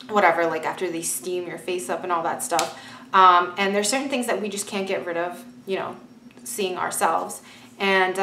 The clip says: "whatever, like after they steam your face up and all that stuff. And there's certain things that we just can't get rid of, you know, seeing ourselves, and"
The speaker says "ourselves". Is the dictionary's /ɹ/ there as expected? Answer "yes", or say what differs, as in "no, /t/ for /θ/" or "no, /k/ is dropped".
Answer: yes